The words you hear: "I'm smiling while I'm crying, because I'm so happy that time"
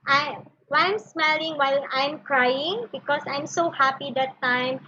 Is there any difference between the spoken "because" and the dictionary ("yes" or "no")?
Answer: yes